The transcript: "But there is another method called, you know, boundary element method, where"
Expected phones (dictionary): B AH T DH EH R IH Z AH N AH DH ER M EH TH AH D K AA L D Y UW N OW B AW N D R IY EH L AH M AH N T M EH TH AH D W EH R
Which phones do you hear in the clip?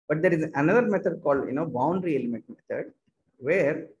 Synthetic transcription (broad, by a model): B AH T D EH R IH Z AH N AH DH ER M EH T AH D K AA L D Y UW N OW B AW N D R IY EH L AH M AH N T M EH T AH D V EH R